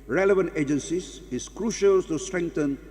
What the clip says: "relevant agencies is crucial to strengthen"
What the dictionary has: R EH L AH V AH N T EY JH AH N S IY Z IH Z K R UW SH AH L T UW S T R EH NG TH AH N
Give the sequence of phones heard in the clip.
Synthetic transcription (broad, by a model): R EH L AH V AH N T EY JH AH N S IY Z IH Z K R UW SH AH L T UW S T R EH NG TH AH N